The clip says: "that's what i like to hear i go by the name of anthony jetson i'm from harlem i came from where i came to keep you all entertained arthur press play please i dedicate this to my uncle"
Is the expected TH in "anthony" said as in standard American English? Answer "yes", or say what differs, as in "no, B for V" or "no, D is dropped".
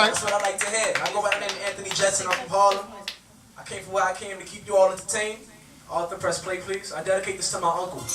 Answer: yes